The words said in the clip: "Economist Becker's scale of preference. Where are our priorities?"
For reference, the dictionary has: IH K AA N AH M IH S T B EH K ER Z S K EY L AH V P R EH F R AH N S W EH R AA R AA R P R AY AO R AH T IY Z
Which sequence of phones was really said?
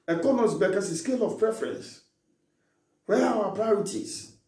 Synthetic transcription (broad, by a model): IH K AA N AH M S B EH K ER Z S K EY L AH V P R EH F R AH N S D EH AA W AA P R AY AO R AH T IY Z